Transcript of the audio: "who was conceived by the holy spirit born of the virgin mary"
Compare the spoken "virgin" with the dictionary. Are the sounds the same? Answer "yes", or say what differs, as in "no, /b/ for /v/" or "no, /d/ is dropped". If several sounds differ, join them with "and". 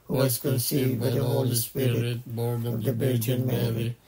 no, /b/ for /v/